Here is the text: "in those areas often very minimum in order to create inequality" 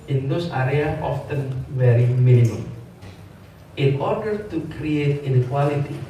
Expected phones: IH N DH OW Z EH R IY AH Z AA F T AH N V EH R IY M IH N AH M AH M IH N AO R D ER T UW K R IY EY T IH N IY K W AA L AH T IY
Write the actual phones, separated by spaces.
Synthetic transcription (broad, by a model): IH N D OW S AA R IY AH AA F T AH N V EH R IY M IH N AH M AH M IH N AO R D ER T UW K R IY EY T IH N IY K W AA L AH T IY